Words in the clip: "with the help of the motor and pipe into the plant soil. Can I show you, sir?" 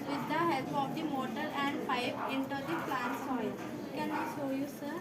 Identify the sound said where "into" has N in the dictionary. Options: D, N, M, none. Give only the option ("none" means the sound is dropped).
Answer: N